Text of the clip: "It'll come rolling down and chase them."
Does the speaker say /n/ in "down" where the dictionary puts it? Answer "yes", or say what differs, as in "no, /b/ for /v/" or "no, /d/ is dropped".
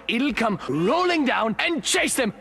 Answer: yes